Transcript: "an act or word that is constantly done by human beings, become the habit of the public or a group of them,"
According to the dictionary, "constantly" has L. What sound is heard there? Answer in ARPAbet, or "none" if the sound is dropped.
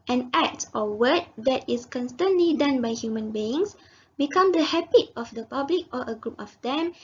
L